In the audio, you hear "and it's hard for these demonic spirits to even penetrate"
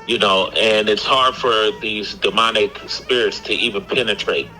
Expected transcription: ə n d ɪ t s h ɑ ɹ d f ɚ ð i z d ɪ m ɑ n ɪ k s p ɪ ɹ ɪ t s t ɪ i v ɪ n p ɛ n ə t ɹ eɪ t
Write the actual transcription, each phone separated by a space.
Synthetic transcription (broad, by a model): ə n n ɪ t s h ɑ ɹ d f ɚ ð i z d ɪ m ɑ n ɪ k s p ɪ ɹ ɪ t s t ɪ i v ɪ n p ɛ n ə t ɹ eɪ t